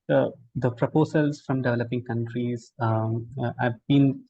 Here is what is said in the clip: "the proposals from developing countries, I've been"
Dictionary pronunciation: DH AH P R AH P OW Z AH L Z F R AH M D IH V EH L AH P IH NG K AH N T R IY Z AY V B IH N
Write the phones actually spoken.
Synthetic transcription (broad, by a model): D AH P R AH P OW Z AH L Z F R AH M D IH V EH L AH P IH NG K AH N T R IY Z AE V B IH N